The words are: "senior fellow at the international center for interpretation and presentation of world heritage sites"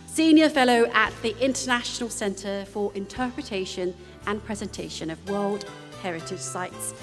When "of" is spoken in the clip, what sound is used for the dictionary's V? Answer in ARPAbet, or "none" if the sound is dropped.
V